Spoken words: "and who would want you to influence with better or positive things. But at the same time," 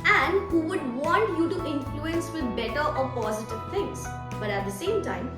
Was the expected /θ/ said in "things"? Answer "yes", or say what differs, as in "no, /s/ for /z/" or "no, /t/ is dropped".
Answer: no, /t/ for /θ/